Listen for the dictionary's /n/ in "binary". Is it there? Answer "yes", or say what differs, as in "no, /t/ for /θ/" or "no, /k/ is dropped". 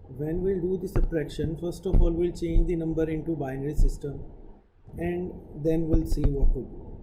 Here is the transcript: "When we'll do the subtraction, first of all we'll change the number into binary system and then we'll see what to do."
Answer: yes